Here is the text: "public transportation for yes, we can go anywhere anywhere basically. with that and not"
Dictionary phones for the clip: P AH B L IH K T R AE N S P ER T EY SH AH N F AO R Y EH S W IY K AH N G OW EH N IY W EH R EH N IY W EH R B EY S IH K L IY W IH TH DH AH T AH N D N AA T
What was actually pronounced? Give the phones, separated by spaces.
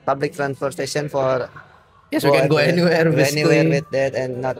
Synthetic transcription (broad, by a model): P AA B L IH K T R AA N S F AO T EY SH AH N F AO R Y EH S W IY K AH N G OW EH N IY W EH R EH N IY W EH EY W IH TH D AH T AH N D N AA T